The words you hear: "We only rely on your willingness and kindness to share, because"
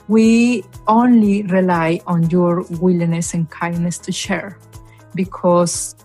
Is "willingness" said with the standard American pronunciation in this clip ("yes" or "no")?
no